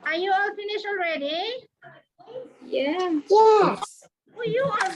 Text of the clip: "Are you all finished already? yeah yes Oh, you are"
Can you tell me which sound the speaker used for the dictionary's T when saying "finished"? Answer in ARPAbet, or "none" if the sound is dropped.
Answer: none